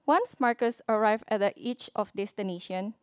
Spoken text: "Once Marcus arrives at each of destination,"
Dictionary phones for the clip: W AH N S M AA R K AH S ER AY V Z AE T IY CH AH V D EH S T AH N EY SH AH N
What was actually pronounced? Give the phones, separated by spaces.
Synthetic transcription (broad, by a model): W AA N S M AA R K AH S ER AY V AE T IY CH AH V D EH S T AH N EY SH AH N